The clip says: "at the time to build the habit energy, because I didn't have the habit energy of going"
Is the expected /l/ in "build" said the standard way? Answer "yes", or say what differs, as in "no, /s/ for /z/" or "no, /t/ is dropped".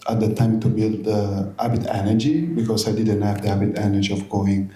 yes